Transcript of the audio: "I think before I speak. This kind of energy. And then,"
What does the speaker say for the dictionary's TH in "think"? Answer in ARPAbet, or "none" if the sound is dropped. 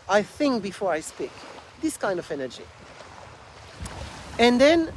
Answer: TH